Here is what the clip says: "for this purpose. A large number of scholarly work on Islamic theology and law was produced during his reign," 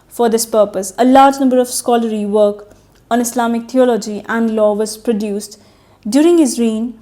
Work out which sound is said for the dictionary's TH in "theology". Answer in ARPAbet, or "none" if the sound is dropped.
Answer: T